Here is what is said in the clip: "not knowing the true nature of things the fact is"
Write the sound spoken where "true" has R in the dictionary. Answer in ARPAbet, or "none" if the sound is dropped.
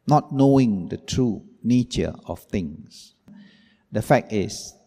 R